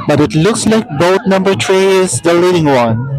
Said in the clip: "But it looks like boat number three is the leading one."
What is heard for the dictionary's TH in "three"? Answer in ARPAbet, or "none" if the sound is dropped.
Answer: T